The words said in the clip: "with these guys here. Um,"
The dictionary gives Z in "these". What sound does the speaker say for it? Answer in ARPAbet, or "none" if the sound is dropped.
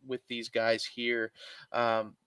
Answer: Z